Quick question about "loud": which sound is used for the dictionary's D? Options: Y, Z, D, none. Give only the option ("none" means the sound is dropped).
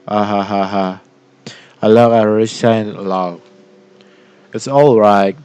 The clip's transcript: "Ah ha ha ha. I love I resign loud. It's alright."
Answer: none